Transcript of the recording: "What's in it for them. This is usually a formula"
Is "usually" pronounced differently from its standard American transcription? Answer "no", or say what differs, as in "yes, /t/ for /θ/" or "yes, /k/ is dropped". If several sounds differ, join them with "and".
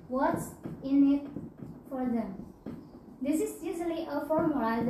yes, /z/ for /ʒ/